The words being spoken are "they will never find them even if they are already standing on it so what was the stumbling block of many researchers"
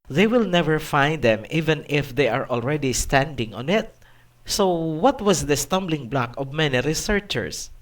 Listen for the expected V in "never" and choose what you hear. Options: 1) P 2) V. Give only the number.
2